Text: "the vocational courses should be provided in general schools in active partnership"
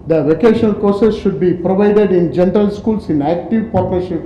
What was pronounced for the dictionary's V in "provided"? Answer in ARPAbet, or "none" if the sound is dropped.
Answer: V